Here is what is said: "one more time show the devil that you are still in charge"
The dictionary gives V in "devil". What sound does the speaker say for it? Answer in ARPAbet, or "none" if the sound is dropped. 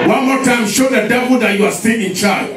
B